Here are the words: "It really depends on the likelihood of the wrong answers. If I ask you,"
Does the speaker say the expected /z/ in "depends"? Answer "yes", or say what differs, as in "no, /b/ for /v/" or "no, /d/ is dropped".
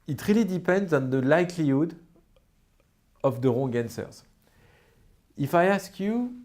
yes